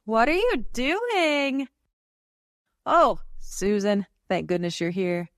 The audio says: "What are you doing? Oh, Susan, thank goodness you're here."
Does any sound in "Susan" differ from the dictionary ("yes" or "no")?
no